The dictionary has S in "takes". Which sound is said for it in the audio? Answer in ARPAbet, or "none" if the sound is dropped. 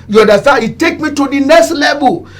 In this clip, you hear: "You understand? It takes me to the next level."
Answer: none